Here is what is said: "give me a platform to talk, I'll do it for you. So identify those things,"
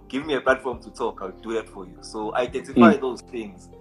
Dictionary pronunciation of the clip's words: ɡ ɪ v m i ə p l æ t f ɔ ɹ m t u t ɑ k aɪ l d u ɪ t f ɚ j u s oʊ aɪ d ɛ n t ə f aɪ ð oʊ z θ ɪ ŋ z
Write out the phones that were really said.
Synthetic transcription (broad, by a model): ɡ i v m i ə p l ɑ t f ɔ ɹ m t u t ɑ k aɪ w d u ɪ t f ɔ j u s oʊ aɪ d ɛ n t ə f aɪ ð oʊ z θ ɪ ŋ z